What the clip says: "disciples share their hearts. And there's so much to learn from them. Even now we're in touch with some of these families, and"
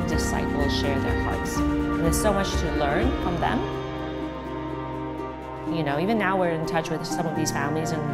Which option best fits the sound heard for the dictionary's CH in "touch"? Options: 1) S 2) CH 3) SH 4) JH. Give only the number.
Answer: 2